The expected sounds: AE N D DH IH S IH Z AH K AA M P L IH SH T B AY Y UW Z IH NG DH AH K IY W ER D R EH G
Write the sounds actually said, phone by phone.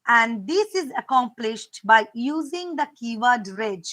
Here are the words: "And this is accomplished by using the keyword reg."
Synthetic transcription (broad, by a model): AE N D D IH S IH Z AH K AA M P L IH SH T B AY Y UW Z IH NG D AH K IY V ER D R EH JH